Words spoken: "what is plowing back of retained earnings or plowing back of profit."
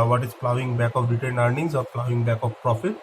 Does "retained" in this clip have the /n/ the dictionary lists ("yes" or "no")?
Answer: no